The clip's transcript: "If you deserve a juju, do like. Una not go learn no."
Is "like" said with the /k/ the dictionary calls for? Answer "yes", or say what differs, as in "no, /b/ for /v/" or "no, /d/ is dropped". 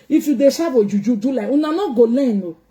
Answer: no, /k/ is dropped